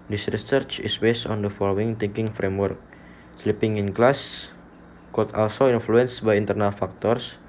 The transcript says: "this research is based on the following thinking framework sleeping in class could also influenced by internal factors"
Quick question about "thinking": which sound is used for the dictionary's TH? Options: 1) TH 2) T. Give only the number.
2